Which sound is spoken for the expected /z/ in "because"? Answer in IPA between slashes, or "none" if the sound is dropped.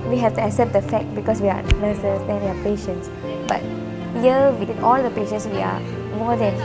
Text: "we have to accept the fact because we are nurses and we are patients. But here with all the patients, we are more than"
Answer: /s/